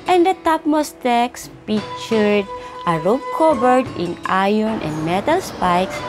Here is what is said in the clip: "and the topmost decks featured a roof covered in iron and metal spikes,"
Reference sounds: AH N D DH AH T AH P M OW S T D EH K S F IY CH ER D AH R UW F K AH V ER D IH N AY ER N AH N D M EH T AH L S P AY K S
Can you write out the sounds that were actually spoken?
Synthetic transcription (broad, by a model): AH N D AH T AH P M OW S T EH K S P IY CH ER D AH R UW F K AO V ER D IH N AY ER N AH N D M EH T AH L S P AY K S